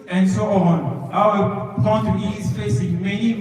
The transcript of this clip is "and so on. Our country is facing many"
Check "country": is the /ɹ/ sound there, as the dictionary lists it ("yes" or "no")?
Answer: no